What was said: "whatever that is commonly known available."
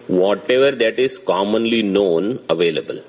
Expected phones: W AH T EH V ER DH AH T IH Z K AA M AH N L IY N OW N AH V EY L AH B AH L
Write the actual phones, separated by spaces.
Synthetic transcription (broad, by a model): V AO T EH V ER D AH T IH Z K AA M AH N L IY N OW N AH V EY L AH B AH L